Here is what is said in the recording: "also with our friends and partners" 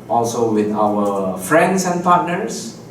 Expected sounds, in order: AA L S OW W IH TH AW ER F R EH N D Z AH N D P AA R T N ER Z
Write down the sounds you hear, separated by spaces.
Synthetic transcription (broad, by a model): AA L S OW W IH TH AW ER F R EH N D S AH N P AA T N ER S